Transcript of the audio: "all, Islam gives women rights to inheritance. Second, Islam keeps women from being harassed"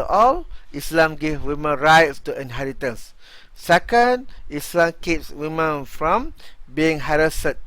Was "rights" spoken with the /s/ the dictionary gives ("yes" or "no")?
yes